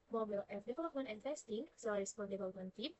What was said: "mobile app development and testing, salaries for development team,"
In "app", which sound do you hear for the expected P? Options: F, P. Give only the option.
F